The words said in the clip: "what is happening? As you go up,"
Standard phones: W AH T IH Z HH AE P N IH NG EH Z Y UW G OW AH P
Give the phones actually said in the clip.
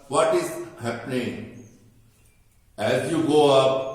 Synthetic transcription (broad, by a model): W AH T IH Z HH AE P N IH NG EH Z Y UW G OW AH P